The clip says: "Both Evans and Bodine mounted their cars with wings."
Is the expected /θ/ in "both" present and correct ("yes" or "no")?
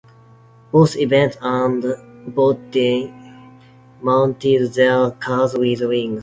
no